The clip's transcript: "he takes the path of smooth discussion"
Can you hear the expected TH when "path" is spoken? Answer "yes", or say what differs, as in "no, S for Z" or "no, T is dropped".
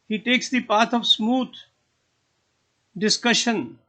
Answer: no, T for TH